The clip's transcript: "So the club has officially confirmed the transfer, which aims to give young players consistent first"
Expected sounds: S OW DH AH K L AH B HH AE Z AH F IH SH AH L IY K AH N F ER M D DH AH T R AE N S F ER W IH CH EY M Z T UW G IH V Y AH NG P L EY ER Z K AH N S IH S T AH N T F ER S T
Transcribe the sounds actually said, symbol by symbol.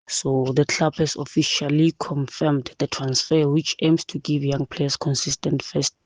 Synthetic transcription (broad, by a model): S OW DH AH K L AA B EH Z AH F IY SH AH L IY K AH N F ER M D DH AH T R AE N S F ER W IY CH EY M S T UW G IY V Y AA NG P L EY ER S K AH N S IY S T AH N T F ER S T